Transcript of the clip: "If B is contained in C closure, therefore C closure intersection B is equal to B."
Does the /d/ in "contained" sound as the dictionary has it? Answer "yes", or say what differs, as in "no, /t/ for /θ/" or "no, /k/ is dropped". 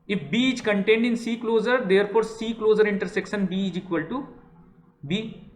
yes